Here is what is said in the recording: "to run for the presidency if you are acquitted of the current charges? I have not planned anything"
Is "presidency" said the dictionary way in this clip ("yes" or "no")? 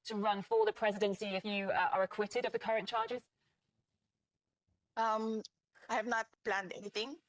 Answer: yes